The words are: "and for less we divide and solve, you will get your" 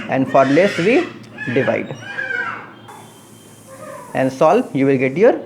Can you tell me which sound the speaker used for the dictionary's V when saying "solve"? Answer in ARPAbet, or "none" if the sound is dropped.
P